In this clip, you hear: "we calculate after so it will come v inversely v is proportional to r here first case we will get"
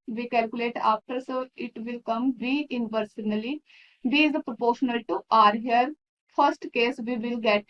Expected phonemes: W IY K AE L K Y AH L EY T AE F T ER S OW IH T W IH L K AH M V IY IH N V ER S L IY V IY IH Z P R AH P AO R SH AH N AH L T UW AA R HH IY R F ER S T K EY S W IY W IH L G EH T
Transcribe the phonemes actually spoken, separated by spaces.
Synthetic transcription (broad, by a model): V IY K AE L K Y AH L EY T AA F T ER S OW IH T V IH L K AH M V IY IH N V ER S N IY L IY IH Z P R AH P AO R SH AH N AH L T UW AA R HH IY R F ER S T K EY S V IY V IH L G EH T